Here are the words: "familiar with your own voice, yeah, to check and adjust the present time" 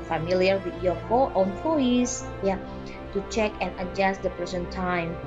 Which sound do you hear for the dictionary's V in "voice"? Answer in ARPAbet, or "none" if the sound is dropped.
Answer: F